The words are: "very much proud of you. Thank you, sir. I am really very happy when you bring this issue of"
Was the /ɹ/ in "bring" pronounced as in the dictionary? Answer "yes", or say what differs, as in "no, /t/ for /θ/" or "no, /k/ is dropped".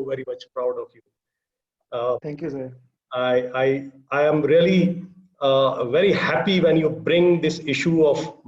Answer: yes